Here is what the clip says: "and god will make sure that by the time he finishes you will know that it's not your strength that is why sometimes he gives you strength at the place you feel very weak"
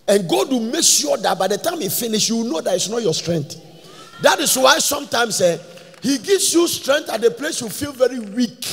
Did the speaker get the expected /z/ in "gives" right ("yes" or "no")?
no